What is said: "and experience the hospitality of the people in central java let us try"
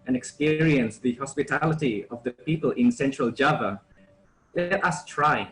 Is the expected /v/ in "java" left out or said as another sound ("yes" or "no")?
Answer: no